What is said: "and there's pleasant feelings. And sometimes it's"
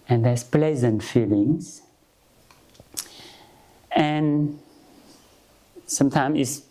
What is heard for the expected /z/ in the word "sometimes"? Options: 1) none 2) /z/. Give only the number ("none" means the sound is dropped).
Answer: 1